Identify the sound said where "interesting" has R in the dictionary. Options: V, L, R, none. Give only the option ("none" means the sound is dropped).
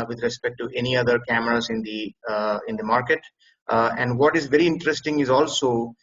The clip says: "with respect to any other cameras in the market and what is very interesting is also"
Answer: R